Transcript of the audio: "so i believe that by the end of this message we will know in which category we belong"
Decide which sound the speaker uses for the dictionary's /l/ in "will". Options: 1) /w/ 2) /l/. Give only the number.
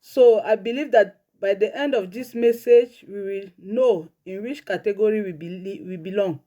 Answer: 2